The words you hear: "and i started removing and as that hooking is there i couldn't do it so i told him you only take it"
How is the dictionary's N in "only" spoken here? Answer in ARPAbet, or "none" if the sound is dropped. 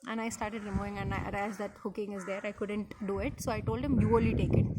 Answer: none